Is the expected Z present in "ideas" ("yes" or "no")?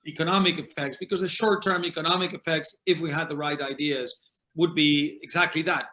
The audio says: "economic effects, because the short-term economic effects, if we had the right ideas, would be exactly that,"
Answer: yes